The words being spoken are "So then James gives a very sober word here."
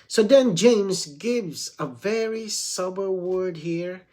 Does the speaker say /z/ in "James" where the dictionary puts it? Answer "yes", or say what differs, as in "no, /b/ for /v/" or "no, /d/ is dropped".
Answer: yes